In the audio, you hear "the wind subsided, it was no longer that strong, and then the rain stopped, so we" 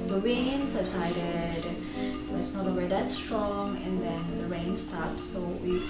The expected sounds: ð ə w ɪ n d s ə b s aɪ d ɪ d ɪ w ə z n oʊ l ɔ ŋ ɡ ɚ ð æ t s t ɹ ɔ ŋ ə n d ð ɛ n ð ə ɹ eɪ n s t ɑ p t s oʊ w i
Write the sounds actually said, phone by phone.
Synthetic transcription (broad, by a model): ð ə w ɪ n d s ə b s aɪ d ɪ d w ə s n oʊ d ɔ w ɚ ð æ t s t ɹ ɔ ŋ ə n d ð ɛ n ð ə ɹ eɪ n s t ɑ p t s oʊ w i